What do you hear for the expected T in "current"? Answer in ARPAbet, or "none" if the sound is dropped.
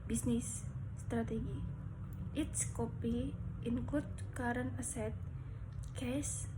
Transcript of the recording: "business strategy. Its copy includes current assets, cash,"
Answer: none